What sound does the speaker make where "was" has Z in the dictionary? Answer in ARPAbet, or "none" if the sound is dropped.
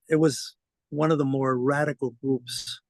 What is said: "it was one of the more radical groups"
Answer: Z